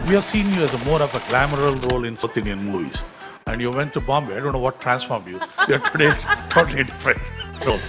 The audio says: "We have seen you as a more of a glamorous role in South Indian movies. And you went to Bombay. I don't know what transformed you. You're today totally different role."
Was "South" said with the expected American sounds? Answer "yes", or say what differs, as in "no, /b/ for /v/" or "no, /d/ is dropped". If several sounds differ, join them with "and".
no, /t/ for /θ/